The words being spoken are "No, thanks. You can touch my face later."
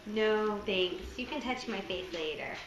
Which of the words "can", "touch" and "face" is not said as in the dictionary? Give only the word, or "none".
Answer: face